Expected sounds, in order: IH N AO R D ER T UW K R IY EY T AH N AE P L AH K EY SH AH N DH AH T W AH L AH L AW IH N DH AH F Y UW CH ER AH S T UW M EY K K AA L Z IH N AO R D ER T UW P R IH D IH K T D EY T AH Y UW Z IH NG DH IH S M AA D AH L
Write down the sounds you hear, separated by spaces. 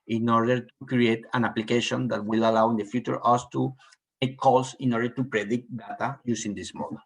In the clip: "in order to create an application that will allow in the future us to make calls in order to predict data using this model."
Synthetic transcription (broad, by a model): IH N AO R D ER T UW K R IY EY T AH N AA P L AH K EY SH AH N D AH T W AH L AH L AW IH N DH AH F Y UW CH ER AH S T UW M EY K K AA L S IH N AO R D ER T UW P R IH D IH K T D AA T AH Y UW S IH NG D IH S M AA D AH L